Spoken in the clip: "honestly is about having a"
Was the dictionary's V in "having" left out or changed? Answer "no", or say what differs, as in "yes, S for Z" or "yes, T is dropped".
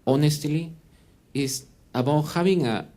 yes, B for V